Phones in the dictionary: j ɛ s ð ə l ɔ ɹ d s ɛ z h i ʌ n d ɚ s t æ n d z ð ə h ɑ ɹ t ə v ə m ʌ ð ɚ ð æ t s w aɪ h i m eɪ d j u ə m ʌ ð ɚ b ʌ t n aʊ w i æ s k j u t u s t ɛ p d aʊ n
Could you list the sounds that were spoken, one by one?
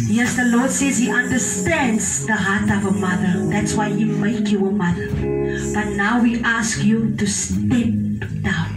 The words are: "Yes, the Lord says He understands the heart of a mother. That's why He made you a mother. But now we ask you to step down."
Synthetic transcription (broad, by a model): j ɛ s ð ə l ɔ ɹ d s ɛ z h i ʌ n d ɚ s t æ n d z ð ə h ɑ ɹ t ə v ə m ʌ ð ɚ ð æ t s w aɪ h i m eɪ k j u ə m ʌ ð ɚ b ʌ t n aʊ w i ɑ s k j u t u s t ɛ p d aʊ n